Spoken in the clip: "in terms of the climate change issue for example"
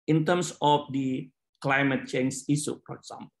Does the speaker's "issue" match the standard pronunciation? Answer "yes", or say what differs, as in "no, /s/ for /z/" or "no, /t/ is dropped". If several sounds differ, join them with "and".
no, /s/ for /ʃ/